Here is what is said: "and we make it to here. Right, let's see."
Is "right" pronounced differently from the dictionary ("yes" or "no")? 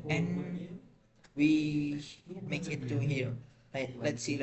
yes